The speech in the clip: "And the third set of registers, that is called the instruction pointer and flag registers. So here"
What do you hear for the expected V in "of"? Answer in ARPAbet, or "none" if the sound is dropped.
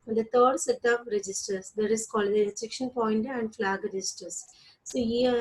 P